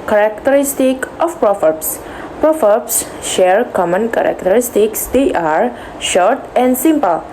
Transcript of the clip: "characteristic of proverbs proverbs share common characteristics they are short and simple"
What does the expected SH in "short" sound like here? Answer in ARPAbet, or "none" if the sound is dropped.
SH